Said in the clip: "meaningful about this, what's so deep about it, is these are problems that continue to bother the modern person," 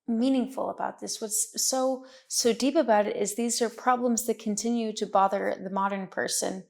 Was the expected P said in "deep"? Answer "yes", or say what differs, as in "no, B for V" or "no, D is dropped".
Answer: yes